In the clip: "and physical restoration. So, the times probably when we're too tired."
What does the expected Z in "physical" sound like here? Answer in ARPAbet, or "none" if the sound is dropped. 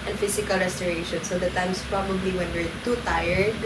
S